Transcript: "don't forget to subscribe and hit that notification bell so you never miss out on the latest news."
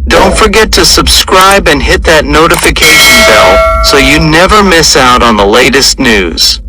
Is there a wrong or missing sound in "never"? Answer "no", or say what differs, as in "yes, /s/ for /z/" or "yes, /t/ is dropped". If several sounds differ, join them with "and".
no